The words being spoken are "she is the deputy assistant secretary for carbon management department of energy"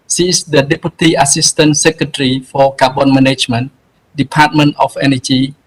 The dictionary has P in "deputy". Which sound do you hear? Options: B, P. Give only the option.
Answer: P